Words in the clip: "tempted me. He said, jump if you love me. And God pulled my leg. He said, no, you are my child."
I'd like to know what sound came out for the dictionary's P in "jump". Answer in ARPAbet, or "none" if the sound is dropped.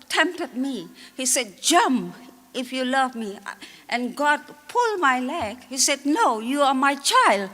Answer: none